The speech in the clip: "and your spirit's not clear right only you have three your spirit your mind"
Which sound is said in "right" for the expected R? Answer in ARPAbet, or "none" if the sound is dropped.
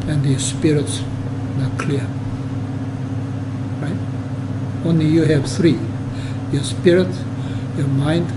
R